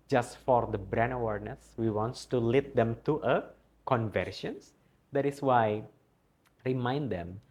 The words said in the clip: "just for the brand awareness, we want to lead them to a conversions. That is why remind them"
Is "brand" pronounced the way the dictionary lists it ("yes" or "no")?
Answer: no